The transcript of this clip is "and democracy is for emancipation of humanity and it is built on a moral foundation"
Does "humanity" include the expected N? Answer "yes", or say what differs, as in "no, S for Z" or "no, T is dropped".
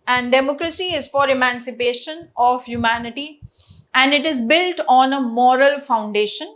yes